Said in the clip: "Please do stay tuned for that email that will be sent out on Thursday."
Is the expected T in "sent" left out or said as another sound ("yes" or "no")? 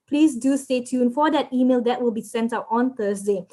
no